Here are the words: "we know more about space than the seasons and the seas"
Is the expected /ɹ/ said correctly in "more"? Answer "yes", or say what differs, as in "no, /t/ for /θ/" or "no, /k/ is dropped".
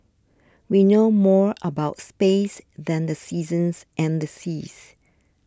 yes